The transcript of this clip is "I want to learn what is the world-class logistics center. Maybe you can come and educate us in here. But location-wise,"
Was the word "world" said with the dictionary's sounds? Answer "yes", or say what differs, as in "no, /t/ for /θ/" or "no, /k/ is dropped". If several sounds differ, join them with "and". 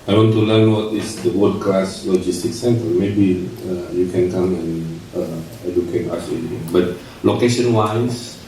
no, /l/ is dropped